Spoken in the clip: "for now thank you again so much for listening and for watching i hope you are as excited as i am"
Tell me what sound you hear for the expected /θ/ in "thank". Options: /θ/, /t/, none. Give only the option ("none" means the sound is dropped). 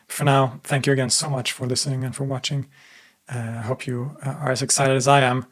/θ/